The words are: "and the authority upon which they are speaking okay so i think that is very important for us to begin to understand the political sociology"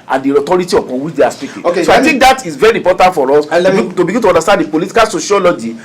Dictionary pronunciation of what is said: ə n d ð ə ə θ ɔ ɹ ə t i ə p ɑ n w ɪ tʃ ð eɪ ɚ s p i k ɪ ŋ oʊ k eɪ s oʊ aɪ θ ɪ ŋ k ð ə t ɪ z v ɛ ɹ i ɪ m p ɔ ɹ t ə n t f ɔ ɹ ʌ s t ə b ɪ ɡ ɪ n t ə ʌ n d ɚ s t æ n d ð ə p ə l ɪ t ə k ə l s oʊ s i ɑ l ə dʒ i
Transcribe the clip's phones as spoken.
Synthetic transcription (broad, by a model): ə n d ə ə t ɔ ɹ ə t i ə p ɑ n w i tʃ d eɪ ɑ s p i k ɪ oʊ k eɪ s oʊ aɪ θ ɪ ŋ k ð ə t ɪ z v ɛ ɹ i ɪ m p ɔ t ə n t f ɔ ɹ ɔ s t ə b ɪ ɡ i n t ə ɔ n d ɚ s t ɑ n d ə p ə l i t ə k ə l s oʊ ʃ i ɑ l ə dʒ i